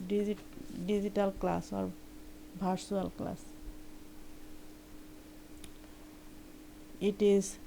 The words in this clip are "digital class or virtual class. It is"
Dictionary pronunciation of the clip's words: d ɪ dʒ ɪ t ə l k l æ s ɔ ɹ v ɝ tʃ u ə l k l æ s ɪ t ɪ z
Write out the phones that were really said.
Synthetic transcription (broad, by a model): d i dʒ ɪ t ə l k l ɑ s ɔ ɹ b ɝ s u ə l k l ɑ s ɪ t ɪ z